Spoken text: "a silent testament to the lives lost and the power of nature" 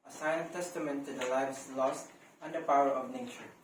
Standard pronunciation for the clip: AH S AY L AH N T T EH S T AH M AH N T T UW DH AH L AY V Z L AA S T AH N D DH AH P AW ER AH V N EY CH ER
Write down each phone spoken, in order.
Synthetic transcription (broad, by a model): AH S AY AH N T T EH S T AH M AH N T T UW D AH L AY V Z L AA S T AH N D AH P AW ER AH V N EY CH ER